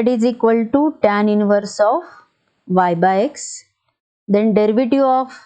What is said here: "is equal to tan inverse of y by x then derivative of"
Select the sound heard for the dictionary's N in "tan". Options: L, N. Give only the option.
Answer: N